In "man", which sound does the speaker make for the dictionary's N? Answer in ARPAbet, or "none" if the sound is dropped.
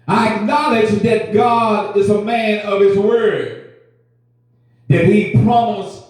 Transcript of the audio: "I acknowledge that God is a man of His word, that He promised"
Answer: N